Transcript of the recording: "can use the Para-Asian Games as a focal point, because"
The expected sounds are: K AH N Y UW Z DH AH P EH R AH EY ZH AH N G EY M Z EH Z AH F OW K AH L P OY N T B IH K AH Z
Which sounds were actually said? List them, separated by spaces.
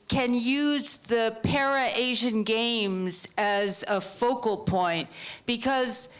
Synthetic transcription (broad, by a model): K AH N Y UW Z DH AH P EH R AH EY ZH AH N G EY M Z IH Z AH F OW K L P OY N T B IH K AH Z